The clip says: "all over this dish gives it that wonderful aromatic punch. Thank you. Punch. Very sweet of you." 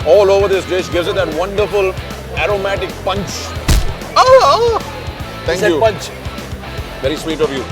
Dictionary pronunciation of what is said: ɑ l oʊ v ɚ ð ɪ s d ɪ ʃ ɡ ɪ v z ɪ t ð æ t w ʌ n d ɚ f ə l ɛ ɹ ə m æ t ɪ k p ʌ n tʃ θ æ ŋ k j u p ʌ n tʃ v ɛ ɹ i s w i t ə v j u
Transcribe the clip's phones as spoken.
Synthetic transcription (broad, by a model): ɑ l oʊ v ɚ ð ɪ s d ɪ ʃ ɡ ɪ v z ɪ t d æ t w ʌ n d ɚ f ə l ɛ ɹ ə m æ t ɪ k p ʌ n tʃ t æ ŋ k j u p ʌ n tʃ v ɛ ɹ i s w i t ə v j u